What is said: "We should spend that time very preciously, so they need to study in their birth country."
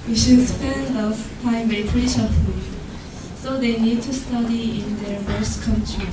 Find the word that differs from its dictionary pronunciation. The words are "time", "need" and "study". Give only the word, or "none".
none